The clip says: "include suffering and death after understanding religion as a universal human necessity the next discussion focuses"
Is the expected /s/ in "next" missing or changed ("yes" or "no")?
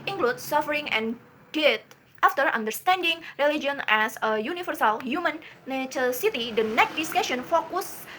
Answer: yes